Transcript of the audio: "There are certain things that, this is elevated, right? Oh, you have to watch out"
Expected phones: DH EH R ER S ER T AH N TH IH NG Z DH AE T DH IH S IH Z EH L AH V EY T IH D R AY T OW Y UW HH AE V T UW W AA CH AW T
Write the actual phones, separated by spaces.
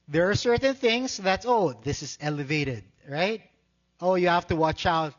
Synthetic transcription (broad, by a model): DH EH R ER S ER T AH N TH IH NG S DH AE T DH IH S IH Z EH L AH V EY T IH D R AY T OW Y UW HH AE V T UW W AA CH AW T